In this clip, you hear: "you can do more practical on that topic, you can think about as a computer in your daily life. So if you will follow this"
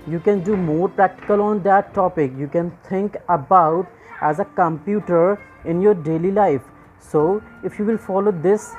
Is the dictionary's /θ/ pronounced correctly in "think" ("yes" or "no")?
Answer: no